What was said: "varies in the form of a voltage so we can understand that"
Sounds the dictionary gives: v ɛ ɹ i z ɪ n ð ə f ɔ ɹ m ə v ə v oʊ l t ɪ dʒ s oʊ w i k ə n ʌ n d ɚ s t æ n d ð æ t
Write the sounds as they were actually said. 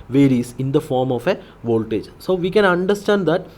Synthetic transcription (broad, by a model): v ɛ ɹ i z ɪ n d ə f ɔ ɹ m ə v ə v oʊ l t ɪ dʒ s oʊ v i k ə n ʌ n d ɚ s t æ n d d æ t